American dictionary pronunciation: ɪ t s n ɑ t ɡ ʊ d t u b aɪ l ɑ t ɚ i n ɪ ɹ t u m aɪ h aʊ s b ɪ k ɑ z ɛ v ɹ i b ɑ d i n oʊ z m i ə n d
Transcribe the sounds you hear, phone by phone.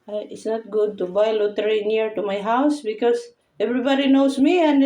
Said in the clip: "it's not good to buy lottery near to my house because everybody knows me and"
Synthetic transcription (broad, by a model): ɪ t s n ɑ t ɡ ʊ d t u b aɪ l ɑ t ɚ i n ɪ ɹ t u m aɪ h aʊ s b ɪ k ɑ s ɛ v ɹ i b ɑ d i n oʊ s m i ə n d